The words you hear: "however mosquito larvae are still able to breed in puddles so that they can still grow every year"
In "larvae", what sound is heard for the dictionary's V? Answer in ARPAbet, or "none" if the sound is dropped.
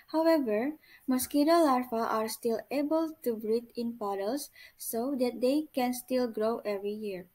F